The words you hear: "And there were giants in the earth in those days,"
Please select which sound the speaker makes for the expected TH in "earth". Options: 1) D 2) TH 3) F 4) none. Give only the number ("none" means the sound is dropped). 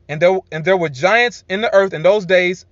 2